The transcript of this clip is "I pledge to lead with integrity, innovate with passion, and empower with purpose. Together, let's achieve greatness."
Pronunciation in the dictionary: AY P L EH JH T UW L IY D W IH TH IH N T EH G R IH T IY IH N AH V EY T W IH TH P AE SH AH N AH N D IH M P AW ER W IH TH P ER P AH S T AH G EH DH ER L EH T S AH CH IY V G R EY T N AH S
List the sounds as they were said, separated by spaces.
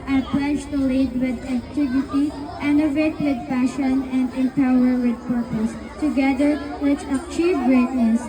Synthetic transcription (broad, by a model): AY P L EH JH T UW L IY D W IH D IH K T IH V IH T IY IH N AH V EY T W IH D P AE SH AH N AH N D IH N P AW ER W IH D P ER P AH S T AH G EH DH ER W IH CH AH CH IY V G R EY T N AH S